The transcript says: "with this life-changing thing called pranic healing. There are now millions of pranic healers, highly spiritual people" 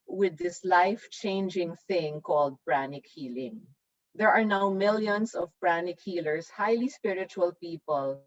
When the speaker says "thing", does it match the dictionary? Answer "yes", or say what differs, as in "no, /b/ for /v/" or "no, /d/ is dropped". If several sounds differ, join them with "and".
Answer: yes